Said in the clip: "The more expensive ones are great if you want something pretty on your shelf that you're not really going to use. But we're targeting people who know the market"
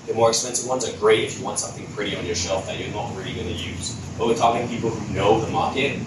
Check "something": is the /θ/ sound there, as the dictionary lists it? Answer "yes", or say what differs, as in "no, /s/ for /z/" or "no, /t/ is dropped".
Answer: yes